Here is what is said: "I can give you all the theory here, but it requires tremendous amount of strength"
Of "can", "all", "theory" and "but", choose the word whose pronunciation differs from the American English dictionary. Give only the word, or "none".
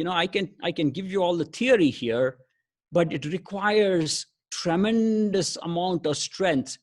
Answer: theory